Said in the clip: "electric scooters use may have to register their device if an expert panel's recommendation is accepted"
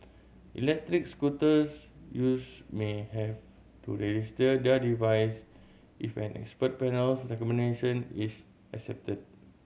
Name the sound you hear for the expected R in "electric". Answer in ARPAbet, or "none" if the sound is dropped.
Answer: R